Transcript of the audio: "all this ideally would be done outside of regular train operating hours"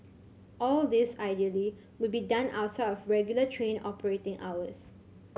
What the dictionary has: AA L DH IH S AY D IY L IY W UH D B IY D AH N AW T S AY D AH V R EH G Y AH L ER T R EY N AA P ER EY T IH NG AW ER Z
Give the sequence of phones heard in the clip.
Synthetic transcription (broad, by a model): AA L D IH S AY D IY L IY W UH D B IY D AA N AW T S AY AH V R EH G Y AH L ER T R EY N AA P ER EY T IH NG AW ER S